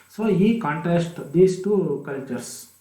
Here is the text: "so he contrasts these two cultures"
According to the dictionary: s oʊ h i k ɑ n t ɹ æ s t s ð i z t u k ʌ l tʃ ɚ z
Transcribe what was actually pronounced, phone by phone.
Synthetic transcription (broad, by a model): s oʊ h i k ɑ n t æ s t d i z t u k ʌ l tʃ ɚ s